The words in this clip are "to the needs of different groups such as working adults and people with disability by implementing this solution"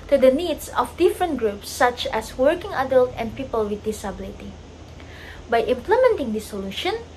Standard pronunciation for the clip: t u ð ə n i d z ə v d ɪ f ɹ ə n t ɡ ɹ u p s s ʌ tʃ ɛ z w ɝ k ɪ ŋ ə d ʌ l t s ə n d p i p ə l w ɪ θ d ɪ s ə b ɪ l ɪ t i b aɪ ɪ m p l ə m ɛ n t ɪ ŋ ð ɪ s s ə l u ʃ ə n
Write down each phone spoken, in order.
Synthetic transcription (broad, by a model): t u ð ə n i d s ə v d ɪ f ɹ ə n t ɡ ɹ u p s s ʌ tʃ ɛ s w ɝ k ɪ ŋ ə d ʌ l t ə n d p i p ə l w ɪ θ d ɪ s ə b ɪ l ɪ t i b aɪ ɪ m p l ə m ɛ n t ɪ ŋ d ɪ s s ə l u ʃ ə n